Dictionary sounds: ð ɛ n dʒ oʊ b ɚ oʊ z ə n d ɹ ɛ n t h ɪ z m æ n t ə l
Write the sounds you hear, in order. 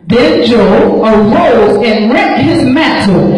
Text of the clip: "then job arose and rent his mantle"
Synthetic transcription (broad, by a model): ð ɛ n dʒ oʊ ɚ oʊ z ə n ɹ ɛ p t h ɪ z m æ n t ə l